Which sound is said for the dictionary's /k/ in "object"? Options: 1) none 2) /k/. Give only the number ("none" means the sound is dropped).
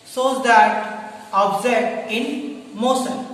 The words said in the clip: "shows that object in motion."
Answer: 1